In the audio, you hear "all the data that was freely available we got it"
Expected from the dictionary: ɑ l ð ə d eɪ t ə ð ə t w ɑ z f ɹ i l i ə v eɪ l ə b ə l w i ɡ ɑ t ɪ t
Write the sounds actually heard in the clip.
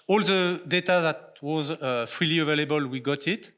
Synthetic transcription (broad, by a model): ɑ l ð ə d eɪ t ə ð ə t w ɑ z f ɹ i l i ə v eɪ l ə b ə l w i ɡ ɑ t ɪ t